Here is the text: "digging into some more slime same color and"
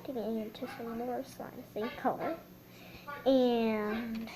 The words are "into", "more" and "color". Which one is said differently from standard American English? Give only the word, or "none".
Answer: none